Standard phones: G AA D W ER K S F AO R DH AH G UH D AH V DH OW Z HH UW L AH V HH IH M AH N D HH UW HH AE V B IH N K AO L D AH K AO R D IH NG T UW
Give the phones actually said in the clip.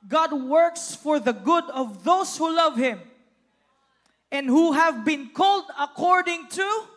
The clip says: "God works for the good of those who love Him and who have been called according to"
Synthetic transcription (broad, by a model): G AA D W ER K S F AO R DH AH G UH D AH V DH OW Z HH UW L AH V HH IH M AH N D HH UW HH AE V B IH N K AO L D AH K AO R D IH NG T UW